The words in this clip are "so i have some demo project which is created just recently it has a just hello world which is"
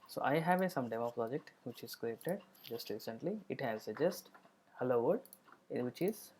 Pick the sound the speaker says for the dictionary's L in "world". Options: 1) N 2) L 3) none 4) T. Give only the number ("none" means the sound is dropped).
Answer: 3